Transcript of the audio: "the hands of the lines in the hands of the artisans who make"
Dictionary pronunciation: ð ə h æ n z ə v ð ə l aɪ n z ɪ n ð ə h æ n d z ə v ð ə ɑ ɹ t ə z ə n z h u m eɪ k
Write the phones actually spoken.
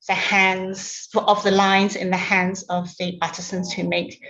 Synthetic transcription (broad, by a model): ð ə h æ n z ə v ð ə l aɪ n z ɪ n ð ə h æ n d z ə v ð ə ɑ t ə s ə n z h u m eɪ k